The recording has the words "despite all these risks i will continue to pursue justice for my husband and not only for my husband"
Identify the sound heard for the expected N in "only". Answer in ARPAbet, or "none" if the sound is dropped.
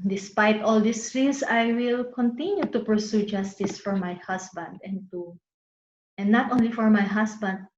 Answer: N